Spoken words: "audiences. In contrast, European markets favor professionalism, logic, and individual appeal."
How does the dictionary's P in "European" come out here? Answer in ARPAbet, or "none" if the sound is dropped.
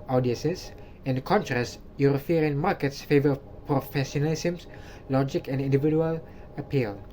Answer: F